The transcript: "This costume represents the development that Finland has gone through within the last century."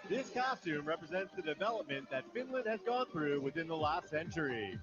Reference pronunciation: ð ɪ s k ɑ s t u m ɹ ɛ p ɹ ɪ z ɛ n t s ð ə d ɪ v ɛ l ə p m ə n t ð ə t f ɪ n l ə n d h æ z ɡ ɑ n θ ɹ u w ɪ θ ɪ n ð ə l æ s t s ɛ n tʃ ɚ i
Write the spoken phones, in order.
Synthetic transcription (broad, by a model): ð ɪ s k ɑ s t u m ɹ ɛ p ɹ ɪ z ɛ n t s ð ə d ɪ v ɛ l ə p m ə n ð ə t f ɪ n l ə n d h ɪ z ɡ ɑ n θ ɹ u w ɪ θ ɪ n ð ə l æ s t s ɛ n tʃ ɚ i